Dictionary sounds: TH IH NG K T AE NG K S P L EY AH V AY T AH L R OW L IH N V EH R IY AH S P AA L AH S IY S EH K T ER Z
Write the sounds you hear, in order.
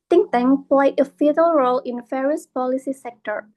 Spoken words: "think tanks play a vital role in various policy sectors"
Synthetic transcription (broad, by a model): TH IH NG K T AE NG P L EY AH F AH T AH L R OW L IH N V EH R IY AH S P AA L AH S IY S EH K T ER